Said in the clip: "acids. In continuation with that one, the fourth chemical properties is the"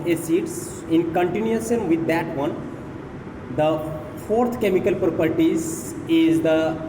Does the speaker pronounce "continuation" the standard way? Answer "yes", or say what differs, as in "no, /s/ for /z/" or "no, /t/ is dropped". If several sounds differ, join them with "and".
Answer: no, /s/ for /ʃ/